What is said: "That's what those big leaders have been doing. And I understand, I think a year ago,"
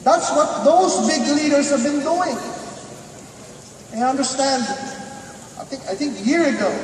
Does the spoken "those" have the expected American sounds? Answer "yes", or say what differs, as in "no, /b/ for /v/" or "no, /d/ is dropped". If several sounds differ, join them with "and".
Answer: yes